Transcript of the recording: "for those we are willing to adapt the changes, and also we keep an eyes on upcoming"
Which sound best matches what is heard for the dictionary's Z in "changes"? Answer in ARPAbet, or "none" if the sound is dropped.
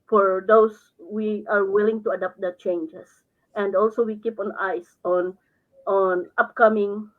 S